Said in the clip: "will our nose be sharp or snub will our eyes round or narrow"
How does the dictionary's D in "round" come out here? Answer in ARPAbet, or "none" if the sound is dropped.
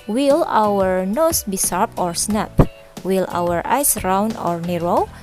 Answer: none